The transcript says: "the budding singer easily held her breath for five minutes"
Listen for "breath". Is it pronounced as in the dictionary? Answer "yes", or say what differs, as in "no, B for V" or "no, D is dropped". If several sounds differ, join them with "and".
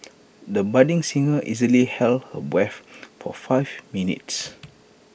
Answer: no, W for R and F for TH